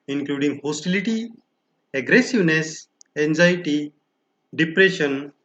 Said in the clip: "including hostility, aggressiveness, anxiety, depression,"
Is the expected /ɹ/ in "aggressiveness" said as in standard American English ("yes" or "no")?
yes